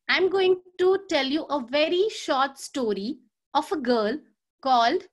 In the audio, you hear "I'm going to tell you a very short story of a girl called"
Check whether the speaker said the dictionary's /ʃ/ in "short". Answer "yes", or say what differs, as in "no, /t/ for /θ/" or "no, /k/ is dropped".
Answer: yes